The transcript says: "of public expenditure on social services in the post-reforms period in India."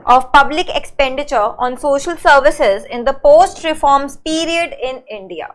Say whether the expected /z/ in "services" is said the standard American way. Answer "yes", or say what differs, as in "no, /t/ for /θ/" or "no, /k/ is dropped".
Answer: yes